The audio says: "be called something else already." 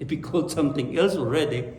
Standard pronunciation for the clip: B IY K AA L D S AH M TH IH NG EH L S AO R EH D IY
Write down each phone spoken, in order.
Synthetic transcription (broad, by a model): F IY K AA L D S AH M T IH NG EH L S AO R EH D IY